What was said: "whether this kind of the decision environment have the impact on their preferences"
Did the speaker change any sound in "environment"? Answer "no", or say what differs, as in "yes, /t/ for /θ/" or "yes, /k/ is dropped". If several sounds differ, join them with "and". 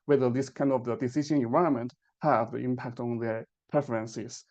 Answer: yes, /ɹ/ is dropped and /n/ is dropped